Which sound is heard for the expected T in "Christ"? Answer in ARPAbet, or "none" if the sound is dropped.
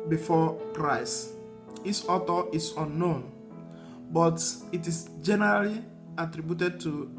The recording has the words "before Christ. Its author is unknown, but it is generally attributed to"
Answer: none